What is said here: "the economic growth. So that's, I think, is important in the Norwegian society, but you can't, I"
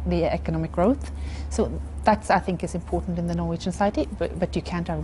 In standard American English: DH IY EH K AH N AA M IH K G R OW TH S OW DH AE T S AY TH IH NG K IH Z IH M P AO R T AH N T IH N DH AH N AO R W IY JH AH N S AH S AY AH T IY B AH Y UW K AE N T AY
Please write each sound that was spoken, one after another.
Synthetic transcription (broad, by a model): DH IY EH K AH N AA M IH K G R OW TH S OW DH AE T S AY TH IH NG K IH Z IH M P AO R T N T IH N DH AH N AO R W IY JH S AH S AY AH T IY B AH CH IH K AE N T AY